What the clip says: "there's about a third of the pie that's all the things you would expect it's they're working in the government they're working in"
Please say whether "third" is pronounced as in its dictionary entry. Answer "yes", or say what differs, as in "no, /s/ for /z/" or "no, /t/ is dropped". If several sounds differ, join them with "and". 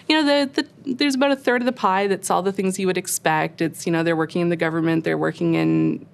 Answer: yes